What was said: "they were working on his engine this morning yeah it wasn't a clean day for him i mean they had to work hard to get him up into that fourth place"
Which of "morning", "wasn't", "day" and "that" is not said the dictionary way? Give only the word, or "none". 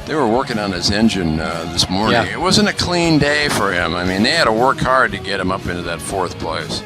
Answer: none